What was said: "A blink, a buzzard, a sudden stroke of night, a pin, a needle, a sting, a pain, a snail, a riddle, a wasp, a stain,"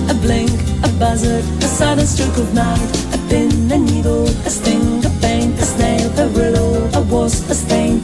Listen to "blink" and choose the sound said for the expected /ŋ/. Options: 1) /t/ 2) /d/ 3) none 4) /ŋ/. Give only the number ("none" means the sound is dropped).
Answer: 4